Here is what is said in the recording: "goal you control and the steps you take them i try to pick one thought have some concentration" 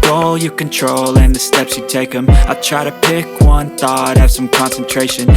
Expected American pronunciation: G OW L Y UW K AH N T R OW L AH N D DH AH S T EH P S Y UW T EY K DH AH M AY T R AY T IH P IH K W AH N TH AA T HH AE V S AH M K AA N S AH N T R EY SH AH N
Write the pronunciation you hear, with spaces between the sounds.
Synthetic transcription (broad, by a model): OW L Y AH K AH N T R OW L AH N DH AH S T EH P S Y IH T EY K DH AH M AY T R AY T IH P IH K W AH N TH AA T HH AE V S AH M K AA N S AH N T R EY SH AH N